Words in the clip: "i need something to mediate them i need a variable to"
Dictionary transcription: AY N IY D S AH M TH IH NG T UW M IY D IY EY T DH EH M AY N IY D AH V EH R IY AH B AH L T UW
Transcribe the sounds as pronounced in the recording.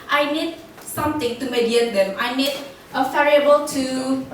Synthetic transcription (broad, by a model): AY N IY D S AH M T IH NG T UW M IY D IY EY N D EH M AY N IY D AH F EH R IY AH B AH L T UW